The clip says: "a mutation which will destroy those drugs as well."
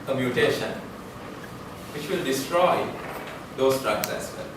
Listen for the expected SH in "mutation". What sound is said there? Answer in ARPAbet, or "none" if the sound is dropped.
SH